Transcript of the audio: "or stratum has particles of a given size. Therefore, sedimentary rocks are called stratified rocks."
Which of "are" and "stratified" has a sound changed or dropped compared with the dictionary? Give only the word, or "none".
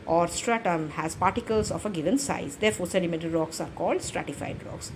none